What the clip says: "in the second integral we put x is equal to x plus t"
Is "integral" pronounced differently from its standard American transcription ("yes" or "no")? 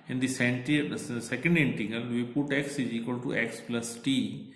yes